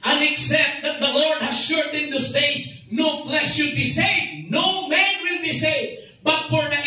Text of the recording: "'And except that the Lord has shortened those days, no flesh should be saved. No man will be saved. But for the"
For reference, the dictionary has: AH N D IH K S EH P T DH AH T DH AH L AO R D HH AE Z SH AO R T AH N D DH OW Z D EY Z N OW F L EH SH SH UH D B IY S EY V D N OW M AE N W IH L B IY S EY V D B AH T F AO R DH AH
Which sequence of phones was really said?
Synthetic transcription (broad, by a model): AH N IH K S EH P T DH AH T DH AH L AO R D HH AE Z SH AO R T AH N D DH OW S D EY S N OW F L EH SH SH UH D B IY S EY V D N OW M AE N W IH L B IY S EY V B AH T F AO R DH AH